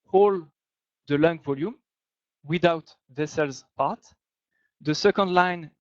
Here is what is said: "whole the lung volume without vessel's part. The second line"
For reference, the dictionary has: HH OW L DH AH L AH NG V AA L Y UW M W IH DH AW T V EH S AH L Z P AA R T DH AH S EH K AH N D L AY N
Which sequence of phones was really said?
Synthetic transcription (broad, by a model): HH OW L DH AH L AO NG V AA L Y UW M W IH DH AW T V EH S AH L Z P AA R T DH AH S EH K AH N D L AY N